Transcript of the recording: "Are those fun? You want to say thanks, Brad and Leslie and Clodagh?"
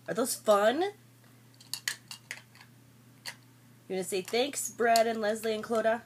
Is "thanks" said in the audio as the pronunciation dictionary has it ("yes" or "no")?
yes